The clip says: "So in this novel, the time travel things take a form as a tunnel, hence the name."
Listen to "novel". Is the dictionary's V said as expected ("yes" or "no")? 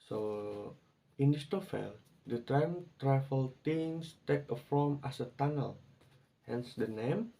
no